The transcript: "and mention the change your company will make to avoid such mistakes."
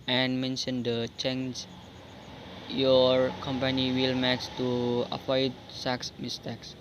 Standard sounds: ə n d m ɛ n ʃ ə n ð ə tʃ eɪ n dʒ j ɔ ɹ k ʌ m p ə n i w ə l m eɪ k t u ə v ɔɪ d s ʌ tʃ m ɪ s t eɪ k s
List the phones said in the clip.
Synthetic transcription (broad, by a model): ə n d m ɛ n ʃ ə n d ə tʃ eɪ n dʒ j ɔ ɹ k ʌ m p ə n i w ə l m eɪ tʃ t u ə p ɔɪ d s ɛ s m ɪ s t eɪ k s